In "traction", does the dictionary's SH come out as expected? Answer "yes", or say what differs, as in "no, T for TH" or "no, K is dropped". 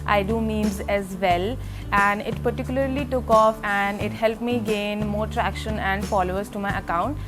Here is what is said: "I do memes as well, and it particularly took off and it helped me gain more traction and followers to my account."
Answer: yes